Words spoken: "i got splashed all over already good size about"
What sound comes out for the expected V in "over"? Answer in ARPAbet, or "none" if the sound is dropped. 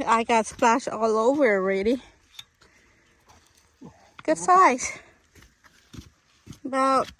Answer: V